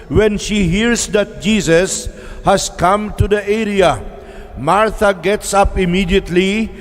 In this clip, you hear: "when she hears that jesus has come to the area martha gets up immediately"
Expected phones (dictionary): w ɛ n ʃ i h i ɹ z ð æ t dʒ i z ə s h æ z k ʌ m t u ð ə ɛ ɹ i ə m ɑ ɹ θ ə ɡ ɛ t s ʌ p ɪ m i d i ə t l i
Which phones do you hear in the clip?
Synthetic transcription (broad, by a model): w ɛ n ʃ i h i ɹ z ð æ t dʒ i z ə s h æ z k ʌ m t u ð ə ɛ ɹ i ə m ɑ ɹ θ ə ɡ ɛ t s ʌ p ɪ m i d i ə t l i